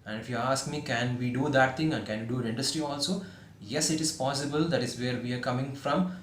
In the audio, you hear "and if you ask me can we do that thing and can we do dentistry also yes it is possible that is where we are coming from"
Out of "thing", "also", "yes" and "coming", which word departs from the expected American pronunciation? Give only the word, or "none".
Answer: thing